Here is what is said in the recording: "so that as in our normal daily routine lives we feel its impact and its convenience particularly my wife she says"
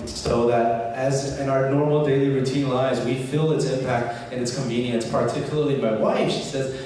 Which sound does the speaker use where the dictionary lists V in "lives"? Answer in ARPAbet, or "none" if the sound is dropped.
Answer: none